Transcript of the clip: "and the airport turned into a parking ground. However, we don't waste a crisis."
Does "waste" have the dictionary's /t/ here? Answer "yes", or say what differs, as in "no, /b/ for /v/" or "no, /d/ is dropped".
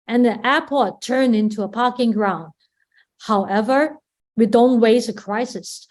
no, /t/ is dropped